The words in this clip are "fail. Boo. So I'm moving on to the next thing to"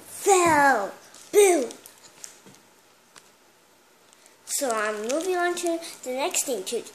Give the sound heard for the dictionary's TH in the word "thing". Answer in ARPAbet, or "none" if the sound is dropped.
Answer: T